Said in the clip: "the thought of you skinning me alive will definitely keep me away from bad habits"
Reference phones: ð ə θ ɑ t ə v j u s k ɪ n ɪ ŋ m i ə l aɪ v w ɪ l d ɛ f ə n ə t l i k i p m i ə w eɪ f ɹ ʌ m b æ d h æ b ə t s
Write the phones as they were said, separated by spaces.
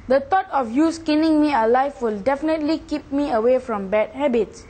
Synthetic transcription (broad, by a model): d ə t ɑ t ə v j u s k ɪ n ɪ ŋ m i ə l aɪ f w ɪ l d ɛ f ə n ə t l i k i p m i ə w eɪ f ɹ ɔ m b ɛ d h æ b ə t s